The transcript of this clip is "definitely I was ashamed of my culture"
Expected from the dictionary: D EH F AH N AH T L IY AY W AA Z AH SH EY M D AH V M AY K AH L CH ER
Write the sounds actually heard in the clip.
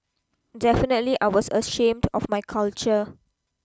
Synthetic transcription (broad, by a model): D EH F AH N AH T L IY AY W AA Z AH SH EY M D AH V M AY K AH L CH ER